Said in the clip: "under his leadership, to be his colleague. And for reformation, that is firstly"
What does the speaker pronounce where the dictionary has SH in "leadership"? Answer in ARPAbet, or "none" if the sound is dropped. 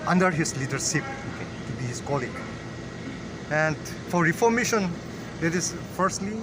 S